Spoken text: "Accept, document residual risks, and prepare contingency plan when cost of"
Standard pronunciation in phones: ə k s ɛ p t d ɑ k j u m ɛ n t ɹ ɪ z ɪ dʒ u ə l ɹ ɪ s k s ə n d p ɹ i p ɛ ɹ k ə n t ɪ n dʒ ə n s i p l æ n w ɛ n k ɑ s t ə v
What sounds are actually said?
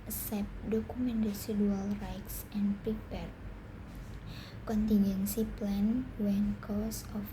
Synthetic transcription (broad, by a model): s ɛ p d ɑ k u m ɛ n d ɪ s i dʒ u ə l ɹ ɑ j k s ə n p ɹ i p ɛ ɹ k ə n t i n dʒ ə n s i p l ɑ n w ɛ n k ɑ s ə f